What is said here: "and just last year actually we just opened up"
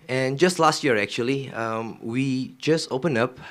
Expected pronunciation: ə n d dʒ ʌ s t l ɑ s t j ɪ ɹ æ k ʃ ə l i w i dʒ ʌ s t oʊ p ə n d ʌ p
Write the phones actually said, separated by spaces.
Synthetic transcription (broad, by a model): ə n dʒ ʌ s t l ɑ s t j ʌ ɹ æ k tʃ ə l i w i dʒ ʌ s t oʊ p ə n ʌ p